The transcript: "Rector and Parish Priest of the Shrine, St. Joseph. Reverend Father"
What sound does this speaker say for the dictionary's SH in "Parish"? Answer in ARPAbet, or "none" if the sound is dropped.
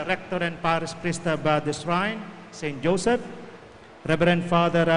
S